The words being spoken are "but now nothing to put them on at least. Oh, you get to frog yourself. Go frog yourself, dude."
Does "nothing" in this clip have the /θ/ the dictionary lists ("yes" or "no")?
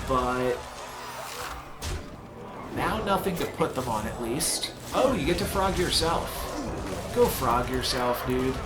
yes